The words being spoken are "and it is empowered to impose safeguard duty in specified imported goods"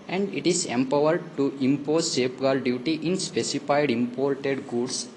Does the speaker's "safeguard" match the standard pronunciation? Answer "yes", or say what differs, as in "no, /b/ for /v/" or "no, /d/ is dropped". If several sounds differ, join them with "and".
no, /p/ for /f/